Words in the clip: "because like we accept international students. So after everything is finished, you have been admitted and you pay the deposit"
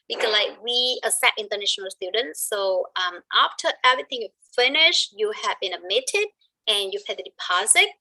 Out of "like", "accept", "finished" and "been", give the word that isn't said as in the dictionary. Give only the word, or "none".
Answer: accept